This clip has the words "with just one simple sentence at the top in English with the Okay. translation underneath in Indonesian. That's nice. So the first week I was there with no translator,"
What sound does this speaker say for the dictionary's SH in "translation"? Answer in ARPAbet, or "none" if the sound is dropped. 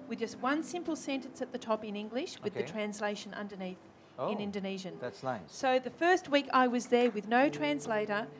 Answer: SH